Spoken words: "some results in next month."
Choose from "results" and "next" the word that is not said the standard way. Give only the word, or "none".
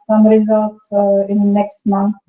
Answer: none